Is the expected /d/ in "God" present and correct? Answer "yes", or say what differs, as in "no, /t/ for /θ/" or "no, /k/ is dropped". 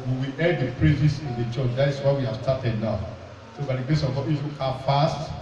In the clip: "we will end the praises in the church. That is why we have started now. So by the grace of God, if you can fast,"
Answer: no, /d/ is dropped